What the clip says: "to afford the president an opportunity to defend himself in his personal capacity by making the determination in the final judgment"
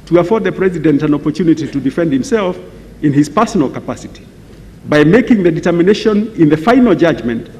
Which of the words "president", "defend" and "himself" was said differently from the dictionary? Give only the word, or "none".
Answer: none